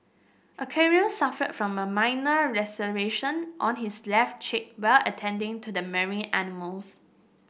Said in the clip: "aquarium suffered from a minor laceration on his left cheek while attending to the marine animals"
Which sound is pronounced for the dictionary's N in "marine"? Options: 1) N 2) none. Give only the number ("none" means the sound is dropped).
2